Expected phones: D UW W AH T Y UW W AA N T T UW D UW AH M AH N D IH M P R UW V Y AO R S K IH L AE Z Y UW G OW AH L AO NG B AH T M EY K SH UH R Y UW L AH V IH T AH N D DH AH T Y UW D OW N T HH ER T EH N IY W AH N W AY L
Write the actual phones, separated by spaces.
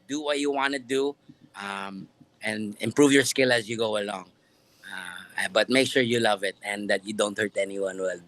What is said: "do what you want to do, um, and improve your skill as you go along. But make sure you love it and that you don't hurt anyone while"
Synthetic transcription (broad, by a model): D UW W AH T Y UW W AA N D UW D AH M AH N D IH M P R UW V Y AO R S K IH L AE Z Y UW G OW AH L AO NG B AH T M EY K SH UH R Y UW L AH V IH T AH N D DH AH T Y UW D OW N T HH ER T EH N IY W AH N W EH L